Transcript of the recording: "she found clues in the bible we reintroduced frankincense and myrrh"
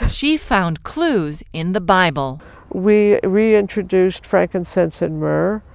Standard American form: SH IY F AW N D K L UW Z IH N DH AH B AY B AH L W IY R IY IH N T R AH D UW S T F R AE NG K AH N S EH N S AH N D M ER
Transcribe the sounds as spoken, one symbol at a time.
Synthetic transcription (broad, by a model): SH IY F AW N K L UW Z IH N DH AH B AY B AH L W IY R IY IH N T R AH D UW S T F R AE NG K AH N S EH N S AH N M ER